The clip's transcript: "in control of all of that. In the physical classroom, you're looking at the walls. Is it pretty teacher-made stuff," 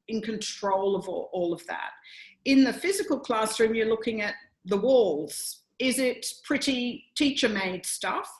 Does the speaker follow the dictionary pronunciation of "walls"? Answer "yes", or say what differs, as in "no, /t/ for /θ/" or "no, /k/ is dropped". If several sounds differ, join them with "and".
yes